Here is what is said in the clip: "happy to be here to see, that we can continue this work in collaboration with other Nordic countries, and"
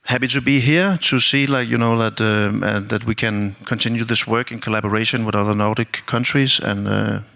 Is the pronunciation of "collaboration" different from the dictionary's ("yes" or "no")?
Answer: no